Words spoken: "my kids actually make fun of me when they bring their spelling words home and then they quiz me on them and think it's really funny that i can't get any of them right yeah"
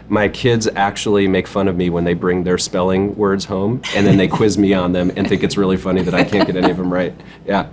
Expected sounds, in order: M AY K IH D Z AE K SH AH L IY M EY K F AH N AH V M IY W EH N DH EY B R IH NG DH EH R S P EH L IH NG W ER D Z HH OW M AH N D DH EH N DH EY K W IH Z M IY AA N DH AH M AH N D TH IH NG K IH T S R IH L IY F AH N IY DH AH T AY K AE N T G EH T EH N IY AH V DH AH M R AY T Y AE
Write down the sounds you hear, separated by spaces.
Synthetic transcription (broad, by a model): M AY K IH D Z AE K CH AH L IY M EY K F AH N AH V M IY W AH N DH EY B R IH NG DH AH R S P EH L IH NG W ER D Z HH OW M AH N DH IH N DH EY K W IH Z M IY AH N DH AH M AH N TH IH NG K IH T S R IH L IY F AH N IY DH AH T AY K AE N G EH T EH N IY AH V DH AH M R AY T Y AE